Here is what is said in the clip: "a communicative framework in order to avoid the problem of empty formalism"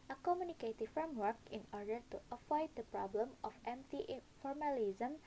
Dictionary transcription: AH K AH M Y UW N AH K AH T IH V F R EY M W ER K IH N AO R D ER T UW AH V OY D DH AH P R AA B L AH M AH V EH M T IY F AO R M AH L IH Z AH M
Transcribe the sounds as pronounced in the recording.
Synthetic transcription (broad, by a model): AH K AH M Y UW N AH K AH T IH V F R EY M W ER K IH N AO R D ER T UW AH F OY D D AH P R AA B L AH M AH F EH M T IY F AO R M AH L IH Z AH M